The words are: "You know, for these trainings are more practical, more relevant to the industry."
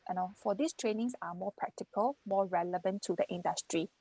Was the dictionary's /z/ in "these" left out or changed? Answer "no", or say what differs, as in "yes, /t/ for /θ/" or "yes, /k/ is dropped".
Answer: yes, /s/ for /z/